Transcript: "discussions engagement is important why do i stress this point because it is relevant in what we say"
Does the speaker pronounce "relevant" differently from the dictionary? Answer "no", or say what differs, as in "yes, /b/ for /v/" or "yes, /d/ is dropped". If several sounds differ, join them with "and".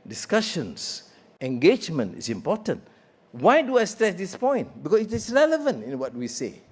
no